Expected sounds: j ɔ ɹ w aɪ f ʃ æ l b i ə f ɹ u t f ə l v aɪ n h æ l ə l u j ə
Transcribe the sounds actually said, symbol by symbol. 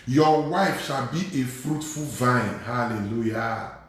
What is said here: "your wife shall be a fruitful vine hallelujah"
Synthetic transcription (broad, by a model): j ɔ w aɪ f ʃ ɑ l b i ə f ɹ u t f ə l v aɪ n h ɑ l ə l u j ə